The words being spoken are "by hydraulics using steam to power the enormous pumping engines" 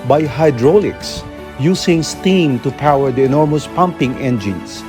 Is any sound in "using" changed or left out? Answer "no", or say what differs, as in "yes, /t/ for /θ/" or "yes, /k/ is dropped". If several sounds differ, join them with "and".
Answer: yes, /s/ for /z/